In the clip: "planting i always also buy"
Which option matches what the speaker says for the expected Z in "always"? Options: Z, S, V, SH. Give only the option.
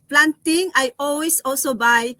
S